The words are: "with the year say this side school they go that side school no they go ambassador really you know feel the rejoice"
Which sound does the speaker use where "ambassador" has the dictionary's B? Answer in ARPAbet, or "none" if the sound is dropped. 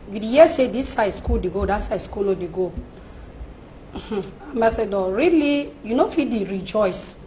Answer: none